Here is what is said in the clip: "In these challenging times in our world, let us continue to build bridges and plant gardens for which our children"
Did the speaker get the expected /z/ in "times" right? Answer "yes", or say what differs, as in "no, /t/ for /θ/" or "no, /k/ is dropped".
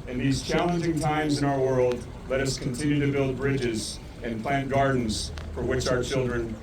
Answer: yes